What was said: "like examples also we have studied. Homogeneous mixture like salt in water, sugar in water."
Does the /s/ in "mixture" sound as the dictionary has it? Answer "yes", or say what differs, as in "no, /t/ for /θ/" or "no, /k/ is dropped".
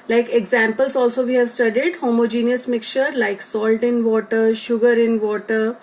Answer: no, /s/ is dropped